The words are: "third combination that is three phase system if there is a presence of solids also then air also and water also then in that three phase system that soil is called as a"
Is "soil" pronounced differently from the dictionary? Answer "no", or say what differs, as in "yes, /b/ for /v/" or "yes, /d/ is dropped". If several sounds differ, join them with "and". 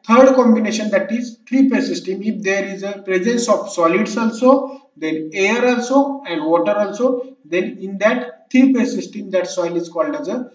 no